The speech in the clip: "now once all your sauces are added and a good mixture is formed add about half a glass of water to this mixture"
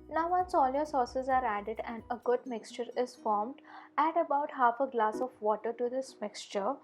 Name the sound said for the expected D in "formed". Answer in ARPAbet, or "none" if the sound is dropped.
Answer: D